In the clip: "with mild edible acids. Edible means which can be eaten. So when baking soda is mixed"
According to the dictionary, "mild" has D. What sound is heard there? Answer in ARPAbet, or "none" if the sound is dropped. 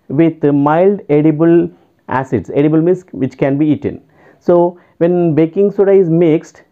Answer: D